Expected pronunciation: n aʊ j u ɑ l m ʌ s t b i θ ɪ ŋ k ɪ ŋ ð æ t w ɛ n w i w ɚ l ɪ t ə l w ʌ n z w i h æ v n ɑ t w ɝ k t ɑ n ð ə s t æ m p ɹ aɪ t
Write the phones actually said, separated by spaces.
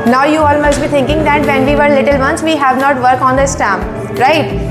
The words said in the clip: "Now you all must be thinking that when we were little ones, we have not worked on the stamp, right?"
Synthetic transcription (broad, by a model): n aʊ j u ɑ l m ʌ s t b i t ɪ ŋ k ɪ ŋ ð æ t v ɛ n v i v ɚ l ɪ t ə l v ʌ n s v i h æ v n ɑ t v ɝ k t ɑ n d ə s t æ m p ɹ aɪ t